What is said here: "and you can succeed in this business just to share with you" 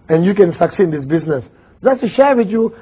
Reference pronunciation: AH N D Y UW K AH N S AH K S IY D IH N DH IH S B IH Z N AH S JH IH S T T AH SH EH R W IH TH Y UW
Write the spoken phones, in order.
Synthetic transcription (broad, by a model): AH N Y UW K AH N S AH K S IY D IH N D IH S B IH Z N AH S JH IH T S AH SH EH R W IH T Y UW